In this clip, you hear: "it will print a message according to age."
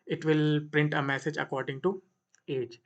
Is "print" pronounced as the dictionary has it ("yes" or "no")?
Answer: yes